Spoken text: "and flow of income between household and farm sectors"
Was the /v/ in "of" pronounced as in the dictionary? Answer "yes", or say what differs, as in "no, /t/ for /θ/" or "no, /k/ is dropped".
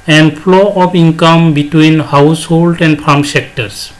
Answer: no, /p/ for /v/